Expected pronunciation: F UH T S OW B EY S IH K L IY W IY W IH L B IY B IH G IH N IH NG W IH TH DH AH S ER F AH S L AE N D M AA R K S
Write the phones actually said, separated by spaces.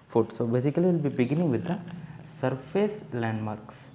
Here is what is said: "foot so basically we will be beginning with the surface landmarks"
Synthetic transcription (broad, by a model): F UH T S OW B EY S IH K IY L IY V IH L B IY B IH G IH N IH NG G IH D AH S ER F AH S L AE N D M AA R K S